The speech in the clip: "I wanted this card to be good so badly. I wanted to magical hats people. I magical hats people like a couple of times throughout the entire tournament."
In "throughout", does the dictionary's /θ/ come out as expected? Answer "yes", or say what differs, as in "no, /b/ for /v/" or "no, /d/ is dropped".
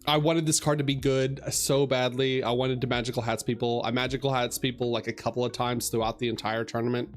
yes